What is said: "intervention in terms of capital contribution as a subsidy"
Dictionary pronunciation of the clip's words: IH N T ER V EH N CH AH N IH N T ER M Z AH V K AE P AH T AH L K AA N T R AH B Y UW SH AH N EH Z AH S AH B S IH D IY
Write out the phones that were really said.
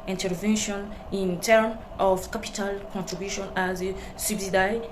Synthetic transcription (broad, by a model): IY N T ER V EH N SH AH N IH N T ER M AH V K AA P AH T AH L K AA N T R AH B Y UW SH AH N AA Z AH S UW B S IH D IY